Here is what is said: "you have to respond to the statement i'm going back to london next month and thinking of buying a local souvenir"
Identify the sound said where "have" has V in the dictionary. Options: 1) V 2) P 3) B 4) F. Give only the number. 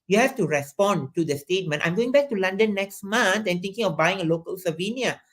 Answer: 4